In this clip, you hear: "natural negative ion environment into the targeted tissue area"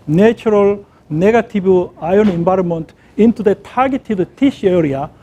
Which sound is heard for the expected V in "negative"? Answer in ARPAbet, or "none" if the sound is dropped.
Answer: B